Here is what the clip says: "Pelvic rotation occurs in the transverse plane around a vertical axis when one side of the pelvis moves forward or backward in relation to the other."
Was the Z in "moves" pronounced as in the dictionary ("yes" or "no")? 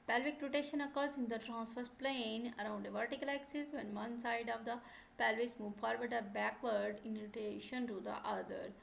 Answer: no